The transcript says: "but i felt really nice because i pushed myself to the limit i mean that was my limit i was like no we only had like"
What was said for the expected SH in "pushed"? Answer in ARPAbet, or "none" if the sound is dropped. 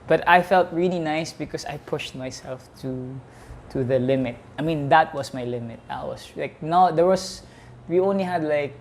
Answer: SH